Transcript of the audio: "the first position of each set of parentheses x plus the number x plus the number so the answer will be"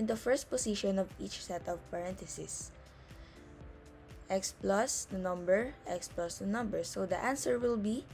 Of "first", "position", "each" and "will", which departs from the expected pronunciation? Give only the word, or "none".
position